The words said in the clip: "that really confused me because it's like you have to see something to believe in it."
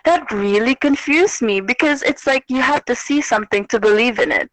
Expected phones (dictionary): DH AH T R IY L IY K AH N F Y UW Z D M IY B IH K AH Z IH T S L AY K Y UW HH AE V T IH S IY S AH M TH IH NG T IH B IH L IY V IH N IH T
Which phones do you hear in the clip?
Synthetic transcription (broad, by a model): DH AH T R IY L IY K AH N F Y UW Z M IY B IH K AH Z IH T S L AY K Y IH HH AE F T IH S IY S AH M TH IH NG T IH B IH L IY V IH N IH T